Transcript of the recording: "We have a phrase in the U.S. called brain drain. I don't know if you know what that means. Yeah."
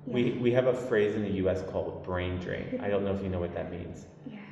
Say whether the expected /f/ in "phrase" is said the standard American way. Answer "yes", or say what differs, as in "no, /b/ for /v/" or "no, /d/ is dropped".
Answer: yes